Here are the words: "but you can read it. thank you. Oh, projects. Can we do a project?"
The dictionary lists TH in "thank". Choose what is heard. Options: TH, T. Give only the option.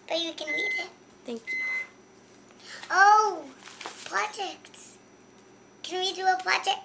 T